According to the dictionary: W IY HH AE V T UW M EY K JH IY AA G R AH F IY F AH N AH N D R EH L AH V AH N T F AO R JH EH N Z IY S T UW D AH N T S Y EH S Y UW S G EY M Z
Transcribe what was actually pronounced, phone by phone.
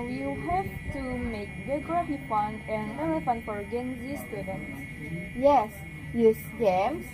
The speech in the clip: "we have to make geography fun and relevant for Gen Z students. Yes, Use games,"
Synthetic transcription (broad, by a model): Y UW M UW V T UW M EY K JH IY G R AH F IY P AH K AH N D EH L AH F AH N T F AO R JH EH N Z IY S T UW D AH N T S Y EH S Y UW S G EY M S